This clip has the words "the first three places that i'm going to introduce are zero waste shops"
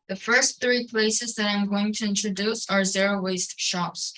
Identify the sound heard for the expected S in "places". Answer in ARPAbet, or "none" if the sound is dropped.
S